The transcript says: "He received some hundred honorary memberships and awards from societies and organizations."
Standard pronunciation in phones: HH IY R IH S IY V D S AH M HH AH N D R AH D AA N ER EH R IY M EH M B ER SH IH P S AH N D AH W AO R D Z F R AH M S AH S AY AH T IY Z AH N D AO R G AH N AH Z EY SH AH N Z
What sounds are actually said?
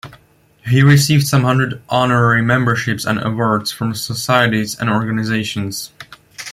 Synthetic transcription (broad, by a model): HH IY R IH S IY V D S AH M HH AH N D R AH D AA N ER EH R IY M EH M B ER SH IH P S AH N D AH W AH R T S F R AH M S AH S AY AH T IY Z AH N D AO R G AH N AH Z EY SH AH N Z